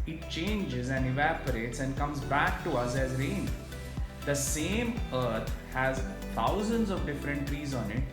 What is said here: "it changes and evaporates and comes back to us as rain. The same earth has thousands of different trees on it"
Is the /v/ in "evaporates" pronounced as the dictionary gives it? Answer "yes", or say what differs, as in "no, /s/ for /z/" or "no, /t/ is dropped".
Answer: yes